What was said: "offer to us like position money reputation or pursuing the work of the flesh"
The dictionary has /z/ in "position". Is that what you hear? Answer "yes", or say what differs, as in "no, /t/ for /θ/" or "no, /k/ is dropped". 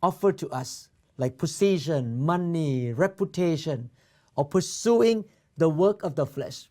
no, /s/ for /z/